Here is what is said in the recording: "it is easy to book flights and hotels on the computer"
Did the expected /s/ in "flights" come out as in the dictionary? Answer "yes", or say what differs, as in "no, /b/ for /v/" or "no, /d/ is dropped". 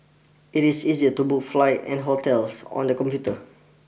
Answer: no, /s/ is dropped